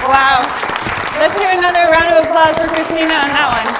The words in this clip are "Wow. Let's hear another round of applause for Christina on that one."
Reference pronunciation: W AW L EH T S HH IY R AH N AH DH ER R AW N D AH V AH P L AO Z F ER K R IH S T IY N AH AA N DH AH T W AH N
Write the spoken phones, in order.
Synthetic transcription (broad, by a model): W AW L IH T S HH IY R AH N AH DH ER R AW N D AH V AH P L AO Z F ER K R IH S T IY N AH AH N DH AH T W AH N